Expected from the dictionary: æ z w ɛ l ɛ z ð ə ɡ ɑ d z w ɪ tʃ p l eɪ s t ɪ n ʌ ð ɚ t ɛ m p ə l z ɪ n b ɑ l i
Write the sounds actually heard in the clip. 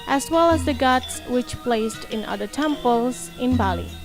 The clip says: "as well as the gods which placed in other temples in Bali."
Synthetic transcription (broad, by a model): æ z w ɛ l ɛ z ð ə ɡ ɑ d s w ɪ tʃ p l eɪ s t ɪ n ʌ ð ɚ t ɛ m p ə l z ɪ n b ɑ l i